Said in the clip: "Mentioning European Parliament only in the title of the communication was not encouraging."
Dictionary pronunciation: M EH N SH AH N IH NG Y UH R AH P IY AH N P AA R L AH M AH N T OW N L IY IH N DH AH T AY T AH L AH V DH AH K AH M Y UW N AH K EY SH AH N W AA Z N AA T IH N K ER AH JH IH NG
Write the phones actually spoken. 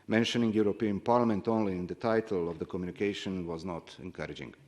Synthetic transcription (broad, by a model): M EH N SH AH N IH NG Y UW R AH P IY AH N P AA R L AH M AH N T OW N L IY IH N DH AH T AY T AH L AH V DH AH K AH M Y UW N AH K EY SH AH N W AA Z N AA T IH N K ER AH JH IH NG